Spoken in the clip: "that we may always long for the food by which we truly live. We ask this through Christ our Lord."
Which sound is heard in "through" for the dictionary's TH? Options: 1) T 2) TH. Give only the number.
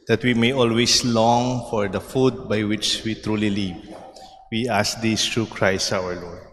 1